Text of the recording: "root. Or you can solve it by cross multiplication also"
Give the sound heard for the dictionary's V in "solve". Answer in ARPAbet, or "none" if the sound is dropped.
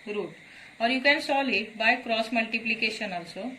none